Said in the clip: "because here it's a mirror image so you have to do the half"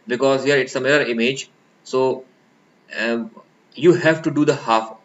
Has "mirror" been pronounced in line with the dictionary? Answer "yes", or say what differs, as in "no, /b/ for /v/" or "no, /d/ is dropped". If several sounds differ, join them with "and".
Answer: no, /l/ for /ɹ/